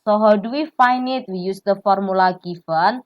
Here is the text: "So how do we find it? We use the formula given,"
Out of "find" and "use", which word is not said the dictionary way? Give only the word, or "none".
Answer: find